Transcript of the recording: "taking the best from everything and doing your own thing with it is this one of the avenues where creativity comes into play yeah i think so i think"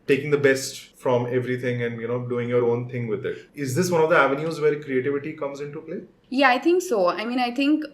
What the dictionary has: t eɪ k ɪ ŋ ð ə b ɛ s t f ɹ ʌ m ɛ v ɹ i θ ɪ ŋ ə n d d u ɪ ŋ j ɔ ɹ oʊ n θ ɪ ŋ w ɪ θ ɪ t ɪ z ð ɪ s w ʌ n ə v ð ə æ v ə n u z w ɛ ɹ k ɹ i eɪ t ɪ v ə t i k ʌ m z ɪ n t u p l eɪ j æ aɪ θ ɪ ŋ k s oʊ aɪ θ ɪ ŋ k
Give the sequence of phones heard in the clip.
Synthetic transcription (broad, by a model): t eɪ k ɪ ŋ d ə b ɛ s t f ɹ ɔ m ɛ v ɹ i t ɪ ŋ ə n d d u ɪ ŋ j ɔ ɹ oʊ n t ɪ ŋ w ɪ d ɪ t ɪ z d ɪ s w ʌ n ə v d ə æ v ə n u z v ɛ ɹ k ɹ i eɪ t ɪ v ə t i k ʌ m z ɪ n t u p l eɪ j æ aɪ t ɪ ŋ k s oʊ aɪ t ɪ ŋ k